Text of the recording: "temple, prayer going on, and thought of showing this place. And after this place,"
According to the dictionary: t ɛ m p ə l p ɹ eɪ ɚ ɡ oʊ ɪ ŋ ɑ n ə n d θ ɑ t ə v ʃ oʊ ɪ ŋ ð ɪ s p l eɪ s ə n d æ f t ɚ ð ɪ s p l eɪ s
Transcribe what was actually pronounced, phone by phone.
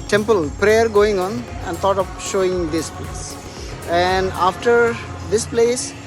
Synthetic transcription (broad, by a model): t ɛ m p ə l p ɹ eɪ ɚ ɡ oʊ ɪ ŋ ɑ n ə n d t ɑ t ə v ʃ oʊ ɪ ŋ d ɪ s p l eɪ s ə n d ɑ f t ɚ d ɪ s p l eɪ s